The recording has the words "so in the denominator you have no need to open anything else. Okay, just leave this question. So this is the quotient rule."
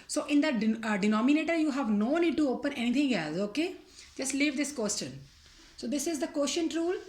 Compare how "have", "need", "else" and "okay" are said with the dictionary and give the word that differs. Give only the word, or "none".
none